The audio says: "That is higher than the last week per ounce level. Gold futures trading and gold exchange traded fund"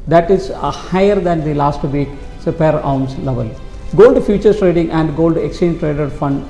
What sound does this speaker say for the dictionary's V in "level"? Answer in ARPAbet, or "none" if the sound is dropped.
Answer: V